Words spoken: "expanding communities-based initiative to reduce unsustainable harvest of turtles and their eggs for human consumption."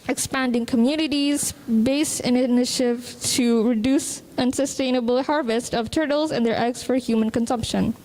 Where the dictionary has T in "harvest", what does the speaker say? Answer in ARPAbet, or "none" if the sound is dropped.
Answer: T